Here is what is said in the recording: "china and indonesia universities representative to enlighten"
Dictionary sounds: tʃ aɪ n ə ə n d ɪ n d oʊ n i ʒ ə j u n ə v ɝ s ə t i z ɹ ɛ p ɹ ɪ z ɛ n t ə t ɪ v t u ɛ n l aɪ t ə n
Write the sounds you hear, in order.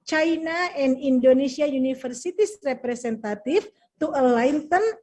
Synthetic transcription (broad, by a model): tʃ aɪ n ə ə n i n d oʊ n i s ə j u n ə f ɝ s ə t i s ɹ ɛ p ɹ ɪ s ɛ n t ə t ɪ f t u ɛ l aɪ t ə n